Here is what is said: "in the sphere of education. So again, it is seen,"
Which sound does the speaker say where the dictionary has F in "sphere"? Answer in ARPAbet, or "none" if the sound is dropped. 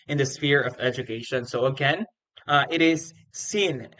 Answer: F